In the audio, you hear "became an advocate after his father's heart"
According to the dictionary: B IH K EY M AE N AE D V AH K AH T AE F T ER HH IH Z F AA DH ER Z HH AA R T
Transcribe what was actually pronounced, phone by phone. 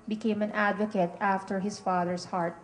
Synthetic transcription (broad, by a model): B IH K EY M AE N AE D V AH K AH T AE F T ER HH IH S F AA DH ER S HH AA R T